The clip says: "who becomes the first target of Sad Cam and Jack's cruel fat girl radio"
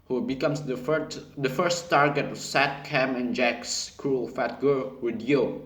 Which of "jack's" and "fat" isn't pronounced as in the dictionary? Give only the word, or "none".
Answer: none